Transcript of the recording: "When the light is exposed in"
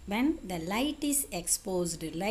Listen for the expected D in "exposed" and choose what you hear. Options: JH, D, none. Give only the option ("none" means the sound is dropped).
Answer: D